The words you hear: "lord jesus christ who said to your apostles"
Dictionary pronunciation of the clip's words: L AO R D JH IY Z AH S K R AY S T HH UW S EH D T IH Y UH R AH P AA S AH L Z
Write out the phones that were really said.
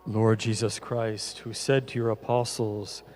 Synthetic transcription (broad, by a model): L AO R D JH IY Z AH S K R AY S T HH UW S EH D T IH Y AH R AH P AA S L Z